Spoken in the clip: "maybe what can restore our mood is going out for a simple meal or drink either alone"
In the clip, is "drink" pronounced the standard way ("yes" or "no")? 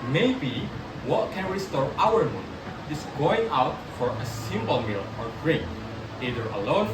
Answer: no